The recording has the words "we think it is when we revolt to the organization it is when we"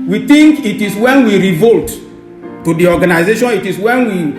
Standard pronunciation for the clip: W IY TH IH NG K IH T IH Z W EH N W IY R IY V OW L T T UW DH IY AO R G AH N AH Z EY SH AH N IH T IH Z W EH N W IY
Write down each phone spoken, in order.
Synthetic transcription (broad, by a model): W IY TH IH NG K IH T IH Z W EH N W IY R IY V OW L T T UW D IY AO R G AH N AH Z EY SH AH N IH T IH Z W EH N W IY